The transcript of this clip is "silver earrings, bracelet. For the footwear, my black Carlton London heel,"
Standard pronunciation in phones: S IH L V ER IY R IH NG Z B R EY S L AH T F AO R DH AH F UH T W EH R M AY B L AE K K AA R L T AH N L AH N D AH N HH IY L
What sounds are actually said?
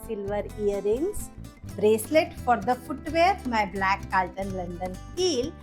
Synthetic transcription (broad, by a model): S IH L V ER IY R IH NG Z B R EY S L AH T F AO R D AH F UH T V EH R M AY B L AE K K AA L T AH N L AH N D AH N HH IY L